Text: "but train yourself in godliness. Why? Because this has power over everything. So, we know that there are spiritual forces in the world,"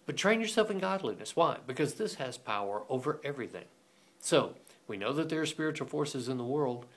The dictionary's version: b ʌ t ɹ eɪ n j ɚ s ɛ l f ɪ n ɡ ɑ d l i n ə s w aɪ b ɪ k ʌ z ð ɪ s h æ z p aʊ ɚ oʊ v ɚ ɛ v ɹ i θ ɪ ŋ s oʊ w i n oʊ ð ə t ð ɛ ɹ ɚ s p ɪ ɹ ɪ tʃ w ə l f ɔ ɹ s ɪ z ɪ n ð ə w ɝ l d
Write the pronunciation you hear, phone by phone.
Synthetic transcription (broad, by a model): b ʌ t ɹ eɪ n j ɚ s ɛ l f ɪ n ɡ ɑ d l i n ə s w aɪ b ɪ k ʌ z ð ɪ s h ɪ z p aʊ ɚ oʊ v ɚ ɛ v ɹ i θ ɪ ŋ s oʊ w i n oʊ ð ə t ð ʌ ɹ s p ɪ ɹ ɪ tʃ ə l f ɔ ɹ s ɪ z ɪ n ð ə w ɝ l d